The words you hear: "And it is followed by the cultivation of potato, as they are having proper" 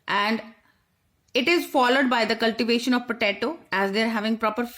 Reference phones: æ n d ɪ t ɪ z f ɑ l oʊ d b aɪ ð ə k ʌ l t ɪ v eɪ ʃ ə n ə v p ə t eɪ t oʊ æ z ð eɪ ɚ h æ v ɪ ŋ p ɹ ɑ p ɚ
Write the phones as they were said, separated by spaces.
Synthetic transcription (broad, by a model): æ n d ɪ t ɪ z f ɑ l oʊ d b aɪ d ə k ʌ l t ɪ v eɪ ʃ ə n ə v p ə t eɪ t oʊ æ z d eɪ ɚ h æ v ɪ ŋ p ɹ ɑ p ɚ